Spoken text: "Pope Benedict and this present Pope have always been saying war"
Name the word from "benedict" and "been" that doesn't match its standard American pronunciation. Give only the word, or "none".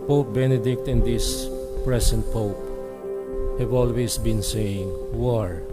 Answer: none